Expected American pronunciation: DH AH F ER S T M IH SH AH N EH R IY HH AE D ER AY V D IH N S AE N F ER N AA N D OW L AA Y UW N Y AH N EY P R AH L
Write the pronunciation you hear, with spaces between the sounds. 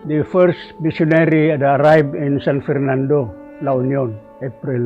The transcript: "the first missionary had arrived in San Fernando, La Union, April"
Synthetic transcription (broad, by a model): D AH F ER S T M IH S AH N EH R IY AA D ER AY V IH N S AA N F ER N AA N D OW L AA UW N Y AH N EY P R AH L